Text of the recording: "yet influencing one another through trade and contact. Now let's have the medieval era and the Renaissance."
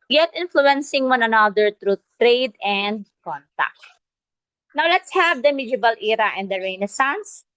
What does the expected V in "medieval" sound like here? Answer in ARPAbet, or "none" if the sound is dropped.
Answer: B